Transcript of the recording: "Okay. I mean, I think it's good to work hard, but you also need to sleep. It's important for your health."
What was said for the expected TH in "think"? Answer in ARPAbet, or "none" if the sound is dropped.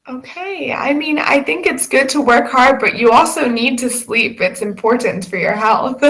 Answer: TH